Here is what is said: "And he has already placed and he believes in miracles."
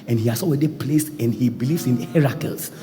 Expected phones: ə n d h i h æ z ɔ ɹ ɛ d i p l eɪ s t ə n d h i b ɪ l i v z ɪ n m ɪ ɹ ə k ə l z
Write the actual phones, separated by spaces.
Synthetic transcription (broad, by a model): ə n h i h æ s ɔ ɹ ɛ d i p l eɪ s ə n h i b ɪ l i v s ɪ n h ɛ ɹ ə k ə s